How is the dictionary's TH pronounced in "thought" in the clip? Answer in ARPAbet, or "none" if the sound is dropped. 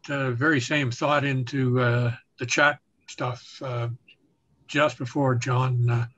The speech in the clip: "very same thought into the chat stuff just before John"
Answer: TH